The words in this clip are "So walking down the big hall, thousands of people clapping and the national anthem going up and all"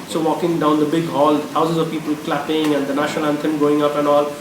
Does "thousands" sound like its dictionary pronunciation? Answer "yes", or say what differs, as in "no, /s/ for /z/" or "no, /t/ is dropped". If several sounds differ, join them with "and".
no, /t/ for /θ/